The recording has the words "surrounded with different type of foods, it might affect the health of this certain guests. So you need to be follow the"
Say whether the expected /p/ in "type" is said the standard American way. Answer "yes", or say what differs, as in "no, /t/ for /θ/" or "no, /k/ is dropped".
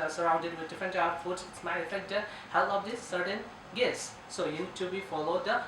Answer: no, /p/ is dropped